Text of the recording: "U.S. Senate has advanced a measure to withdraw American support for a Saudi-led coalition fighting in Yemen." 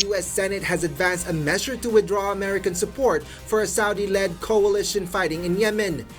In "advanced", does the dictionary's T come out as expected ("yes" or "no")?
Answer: yes